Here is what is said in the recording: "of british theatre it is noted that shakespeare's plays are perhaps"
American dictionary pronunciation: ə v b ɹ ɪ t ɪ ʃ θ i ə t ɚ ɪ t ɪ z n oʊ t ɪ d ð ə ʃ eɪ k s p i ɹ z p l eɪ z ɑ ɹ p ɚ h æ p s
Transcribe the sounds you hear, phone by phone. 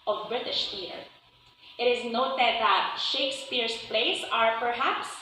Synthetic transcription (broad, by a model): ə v b ɹ ɪ t ɪ ʃ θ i t ɪ t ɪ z n oʊ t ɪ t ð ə ʃ eɪ k s p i ɹ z p l eɪ s ɑ ɹ p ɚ h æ p s